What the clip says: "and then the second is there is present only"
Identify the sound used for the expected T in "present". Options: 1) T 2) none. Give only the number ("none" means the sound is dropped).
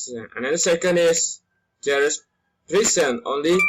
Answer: 2